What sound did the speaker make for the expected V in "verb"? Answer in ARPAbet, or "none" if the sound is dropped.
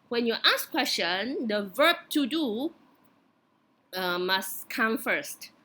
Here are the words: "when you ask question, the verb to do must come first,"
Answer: V